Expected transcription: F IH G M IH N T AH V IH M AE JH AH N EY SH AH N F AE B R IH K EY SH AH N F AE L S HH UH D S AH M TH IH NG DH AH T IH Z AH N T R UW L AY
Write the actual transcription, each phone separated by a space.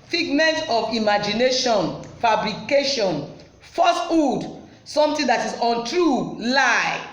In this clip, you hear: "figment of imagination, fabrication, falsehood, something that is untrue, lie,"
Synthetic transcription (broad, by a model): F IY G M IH N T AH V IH M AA JH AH N EY SH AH N F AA B R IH K EY SH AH N F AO S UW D S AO M T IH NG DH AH T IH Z AH N T R UW L AY